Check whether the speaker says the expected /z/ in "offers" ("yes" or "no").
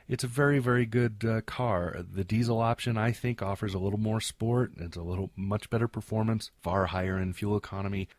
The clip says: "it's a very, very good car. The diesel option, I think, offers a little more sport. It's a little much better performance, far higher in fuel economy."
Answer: yes